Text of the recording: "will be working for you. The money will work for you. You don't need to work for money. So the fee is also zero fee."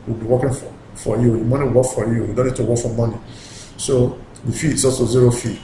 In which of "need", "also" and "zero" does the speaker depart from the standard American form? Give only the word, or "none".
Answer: also